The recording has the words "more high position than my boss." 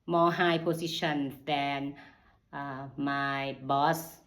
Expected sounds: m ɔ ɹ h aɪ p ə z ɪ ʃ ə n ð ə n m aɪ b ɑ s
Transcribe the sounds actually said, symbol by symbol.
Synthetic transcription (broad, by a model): m ɔ h aɪ p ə s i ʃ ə n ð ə n m aɪ b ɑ s